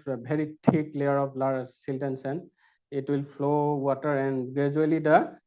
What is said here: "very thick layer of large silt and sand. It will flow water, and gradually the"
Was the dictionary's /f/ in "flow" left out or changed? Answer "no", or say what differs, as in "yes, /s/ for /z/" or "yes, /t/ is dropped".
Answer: yes, /p/ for /f/